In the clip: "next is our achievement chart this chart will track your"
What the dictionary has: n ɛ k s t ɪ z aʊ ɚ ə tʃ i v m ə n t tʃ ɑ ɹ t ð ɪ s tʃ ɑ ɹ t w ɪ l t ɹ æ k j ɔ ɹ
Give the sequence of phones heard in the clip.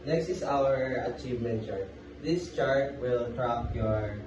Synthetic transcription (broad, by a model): n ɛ k s t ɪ s aʊ ɚ ə tʃ i v m ə n t tʃ ɑ ɹ t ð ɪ s tʃ ɑ ɹ t w ɪ l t ɹ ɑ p j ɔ ɹ